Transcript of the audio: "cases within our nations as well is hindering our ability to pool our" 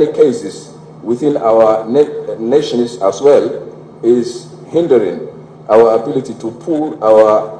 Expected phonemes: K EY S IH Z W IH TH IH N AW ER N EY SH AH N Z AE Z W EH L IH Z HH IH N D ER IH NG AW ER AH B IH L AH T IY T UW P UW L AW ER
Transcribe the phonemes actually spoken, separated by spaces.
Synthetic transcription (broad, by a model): K EY S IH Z W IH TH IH N AW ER N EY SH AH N S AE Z W EH L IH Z HH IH N D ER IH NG AW ER AH B IH L AH T IY T UW P UW L AW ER